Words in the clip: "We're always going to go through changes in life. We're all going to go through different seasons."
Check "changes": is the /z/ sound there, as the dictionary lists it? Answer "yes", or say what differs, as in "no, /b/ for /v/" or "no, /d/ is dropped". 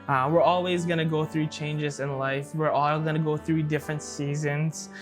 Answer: yes